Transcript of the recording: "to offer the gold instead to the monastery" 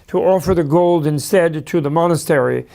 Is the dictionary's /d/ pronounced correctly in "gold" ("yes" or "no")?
yes